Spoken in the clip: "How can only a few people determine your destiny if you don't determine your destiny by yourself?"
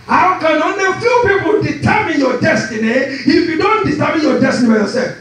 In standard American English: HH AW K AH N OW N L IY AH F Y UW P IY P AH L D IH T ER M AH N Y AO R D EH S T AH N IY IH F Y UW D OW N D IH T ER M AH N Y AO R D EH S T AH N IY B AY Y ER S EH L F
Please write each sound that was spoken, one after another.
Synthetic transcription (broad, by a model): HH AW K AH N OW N IY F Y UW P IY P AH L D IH T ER M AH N Y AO D EH S T AH N IY IH F Y UW D OW N D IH T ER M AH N Y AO D EH S T AH N IY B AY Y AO S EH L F